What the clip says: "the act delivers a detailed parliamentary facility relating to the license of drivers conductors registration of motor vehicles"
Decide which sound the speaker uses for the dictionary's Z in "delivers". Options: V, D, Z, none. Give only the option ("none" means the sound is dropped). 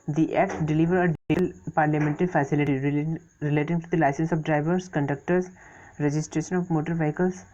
none